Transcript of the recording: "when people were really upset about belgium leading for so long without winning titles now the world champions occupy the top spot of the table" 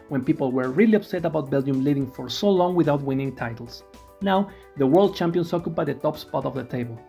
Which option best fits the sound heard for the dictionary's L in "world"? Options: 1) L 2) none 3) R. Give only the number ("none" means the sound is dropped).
1